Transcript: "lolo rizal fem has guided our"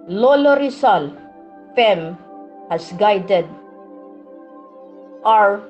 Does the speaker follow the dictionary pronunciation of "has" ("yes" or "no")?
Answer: no